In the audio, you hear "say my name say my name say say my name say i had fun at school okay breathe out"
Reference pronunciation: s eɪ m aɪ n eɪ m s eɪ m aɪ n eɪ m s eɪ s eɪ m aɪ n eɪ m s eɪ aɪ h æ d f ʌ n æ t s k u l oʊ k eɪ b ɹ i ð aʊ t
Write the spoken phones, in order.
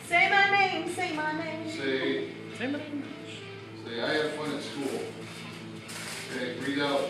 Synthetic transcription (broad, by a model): s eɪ m aɪ n eɪ m s eɪ m aɪ n eɪ m s eɪ s eɪ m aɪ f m s eɪ aɪ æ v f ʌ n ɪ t s k u l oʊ eɪ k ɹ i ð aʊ